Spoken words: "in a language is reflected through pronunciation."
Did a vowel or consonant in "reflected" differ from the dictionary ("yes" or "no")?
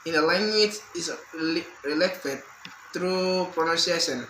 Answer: yes